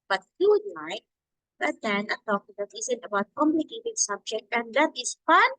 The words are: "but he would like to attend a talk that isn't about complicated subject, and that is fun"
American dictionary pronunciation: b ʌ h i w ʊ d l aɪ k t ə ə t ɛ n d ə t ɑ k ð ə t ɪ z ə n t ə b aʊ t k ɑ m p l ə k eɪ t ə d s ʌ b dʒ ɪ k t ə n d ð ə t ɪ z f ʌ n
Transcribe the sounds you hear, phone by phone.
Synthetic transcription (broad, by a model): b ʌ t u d l aɪ k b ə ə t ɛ n ə t ɑ k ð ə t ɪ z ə n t ə b aʊ t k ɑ m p l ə k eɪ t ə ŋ s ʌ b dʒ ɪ k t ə n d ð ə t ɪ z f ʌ n